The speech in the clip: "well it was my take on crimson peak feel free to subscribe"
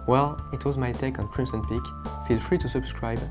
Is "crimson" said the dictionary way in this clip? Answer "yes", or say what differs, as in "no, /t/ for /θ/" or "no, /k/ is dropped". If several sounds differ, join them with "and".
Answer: no, /s/ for /z/